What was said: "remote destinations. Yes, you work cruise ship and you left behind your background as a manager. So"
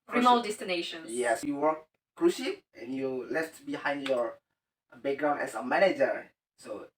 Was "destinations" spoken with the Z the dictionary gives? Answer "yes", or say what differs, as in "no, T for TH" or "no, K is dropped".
no, Z is dropped